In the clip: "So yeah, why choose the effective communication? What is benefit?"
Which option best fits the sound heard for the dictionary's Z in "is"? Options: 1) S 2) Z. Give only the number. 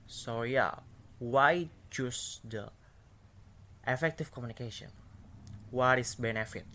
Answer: 1